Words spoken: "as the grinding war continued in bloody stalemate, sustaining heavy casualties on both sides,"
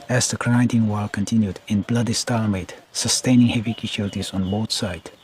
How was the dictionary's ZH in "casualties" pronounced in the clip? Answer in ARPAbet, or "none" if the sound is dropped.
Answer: SH